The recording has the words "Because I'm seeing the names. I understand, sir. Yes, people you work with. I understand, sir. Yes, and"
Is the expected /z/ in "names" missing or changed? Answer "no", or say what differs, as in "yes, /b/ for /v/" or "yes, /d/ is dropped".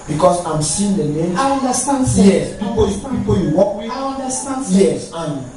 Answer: yes, /z/ is dropped